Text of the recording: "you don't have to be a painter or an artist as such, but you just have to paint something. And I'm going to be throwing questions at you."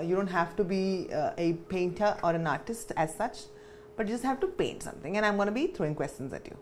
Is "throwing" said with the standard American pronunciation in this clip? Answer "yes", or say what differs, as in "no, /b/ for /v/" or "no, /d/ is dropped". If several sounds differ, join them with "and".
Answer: no, /t/ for /θ/